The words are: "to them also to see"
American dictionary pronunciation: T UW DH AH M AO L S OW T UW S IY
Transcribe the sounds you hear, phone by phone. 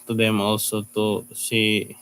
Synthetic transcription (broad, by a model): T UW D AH M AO S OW T UW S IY